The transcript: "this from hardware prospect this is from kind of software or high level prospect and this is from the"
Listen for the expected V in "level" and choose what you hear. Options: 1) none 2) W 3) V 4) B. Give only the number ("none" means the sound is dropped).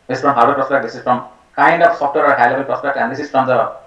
4